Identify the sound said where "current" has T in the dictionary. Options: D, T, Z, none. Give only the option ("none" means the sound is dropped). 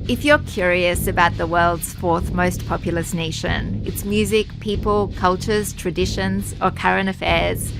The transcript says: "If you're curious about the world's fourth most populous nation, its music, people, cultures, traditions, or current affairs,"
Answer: none